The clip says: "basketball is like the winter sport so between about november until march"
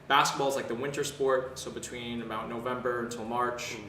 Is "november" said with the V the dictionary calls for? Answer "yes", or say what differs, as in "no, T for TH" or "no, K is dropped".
yes